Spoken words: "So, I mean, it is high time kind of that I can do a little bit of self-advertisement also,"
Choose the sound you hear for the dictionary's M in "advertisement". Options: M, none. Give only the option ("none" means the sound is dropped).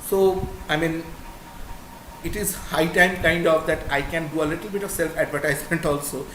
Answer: M